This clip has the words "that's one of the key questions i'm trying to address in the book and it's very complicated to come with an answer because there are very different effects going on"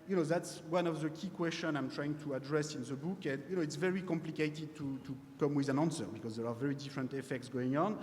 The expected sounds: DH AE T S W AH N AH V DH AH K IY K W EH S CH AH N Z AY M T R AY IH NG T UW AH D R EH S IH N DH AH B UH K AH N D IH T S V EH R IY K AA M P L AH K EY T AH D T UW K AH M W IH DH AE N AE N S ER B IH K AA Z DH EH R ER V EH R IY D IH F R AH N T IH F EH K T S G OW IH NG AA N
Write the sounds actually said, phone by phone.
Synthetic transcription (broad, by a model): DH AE T S W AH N AH V DH AH K IY K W EH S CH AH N AY M T R AY IH NG T UW AH D R EH S IH N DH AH B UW K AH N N IH T S V EH R IY K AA M P L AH K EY T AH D T UW K AH M W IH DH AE N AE N S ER B IH K AA Z DH EH R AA V EH R IY D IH F R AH N T IH F EH K T S G OW IH NG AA N